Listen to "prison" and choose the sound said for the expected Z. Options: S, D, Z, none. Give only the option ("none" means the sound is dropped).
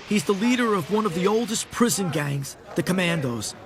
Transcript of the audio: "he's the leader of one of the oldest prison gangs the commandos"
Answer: Z